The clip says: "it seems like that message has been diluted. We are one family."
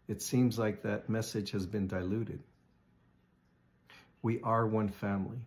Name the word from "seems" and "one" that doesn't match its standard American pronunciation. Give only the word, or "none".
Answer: none